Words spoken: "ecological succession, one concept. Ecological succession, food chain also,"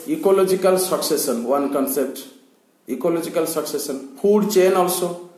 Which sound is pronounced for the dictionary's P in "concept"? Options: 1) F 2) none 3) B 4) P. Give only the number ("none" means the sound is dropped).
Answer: 4